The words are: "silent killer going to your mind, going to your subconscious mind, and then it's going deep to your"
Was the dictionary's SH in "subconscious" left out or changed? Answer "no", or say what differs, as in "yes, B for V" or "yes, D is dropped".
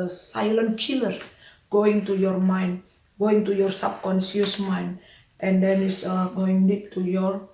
yes, S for SH